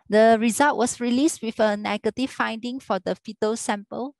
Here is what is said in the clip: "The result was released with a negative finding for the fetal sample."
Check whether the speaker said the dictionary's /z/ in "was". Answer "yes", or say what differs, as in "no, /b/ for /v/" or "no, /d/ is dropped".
no, /s/ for /z/